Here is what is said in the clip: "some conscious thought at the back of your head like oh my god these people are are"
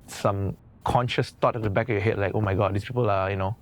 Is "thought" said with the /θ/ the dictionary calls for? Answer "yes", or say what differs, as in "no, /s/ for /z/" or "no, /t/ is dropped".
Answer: no, /t/ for /θ/